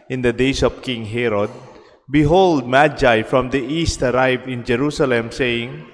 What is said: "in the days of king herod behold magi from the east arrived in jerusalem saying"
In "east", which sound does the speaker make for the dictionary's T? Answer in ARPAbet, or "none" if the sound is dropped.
T